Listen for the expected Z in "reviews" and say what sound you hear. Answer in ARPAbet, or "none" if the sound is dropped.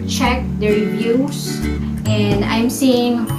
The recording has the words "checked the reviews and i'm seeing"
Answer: S